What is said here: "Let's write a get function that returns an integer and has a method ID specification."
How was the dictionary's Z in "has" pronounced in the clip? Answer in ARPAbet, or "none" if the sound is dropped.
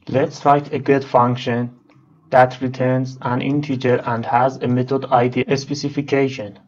Z